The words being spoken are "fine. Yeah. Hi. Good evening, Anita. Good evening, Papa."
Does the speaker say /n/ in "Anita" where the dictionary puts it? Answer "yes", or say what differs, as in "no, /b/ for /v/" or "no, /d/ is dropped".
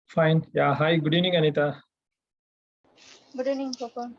yes